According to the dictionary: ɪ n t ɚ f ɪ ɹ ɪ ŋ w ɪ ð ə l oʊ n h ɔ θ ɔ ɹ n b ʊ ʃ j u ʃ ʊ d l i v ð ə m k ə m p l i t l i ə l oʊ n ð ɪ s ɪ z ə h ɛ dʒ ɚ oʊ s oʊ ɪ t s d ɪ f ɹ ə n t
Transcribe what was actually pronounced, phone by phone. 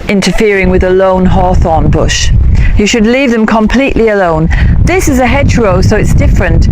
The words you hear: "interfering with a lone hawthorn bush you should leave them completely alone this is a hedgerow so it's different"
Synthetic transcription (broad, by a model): ɪ n t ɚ f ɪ ɹ ɪ ŋ w ɪ ð ə l oʊ n h ɔ θ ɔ n b ʊ ʃ j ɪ ʃ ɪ d l i v ð ə m k ə m p l i t l i ə l oʊ n ð ɪ s ɪ z ə h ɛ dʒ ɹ oʊ s oʊ ɪ t s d ɪ f ɹ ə n t